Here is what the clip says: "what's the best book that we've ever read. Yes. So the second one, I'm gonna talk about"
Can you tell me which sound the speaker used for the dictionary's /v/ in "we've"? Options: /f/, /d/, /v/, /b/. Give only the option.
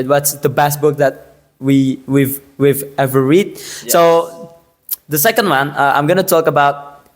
/v/